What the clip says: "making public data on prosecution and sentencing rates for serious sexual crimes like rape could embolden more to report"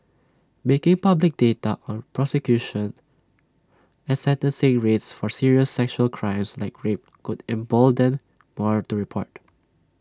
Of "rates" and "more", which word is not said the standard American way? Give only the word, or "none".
none